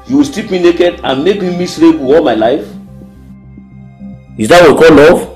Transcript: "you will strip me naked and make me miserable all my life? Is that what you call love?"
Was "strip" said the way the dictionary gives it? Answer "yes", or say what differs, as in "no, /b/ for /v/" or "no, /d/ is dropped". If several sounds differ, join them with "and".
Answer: no, /ɹ/ is dropped